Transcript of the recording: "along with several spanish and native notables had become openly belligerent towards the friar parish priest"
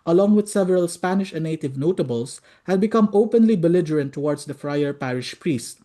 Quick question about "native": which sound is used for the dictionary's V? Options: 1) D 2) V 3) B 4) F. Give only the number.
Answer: 2